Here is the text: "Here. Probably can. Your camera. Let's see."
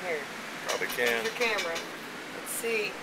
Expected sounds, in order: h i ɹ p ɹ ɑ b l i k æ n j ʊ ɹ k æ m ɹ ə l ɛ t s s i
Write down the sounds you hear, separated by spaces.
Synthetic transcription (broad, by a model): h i ɹ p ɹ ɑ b i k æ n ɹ k æ m ɹ ə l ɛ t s s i